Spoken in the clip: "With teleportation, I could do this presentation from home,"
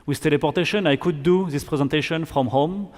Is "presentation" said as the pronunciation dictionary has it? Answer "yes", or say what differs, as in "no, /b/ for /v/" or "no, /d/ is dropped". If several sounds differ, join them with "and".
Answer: yes